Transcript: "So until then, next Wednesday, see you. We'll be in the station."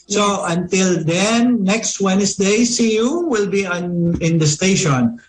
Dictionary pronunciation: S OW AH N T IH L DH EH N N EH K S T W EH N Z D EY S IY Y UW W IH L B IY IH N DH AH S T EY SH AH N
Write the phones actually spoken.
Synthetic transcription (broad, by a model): S OW AH N T IH L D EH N N EH K S T W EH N S D EY S IY Y UW W IH L B IY IH N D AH S T EY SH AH N